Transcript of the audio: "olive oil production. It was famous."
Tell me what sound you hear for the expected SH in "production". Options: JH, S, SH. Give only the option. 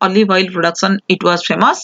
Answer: S